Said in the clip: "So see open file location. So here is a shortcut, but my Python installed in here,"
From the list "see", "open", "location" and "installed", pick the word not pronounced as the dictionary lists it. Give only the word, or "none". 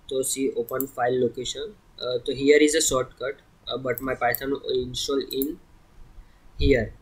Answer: installed